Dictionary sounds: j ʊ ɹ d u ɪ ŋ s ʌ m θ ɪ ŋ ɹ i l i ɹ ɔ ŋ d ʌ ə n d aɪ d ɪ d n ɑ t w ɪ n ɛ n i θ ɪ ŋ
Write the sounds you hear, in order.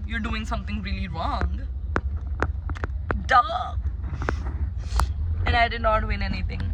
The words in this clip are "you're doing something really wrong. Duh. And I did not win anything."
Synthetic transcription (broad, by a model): j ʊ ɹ d u ɪ ŋ s ʌ m t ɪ ŋ ɹ i l i ɹ ɔ ŋ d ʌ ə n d aɪ d ɪ d n ɑ t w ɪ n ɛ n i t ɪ ŋ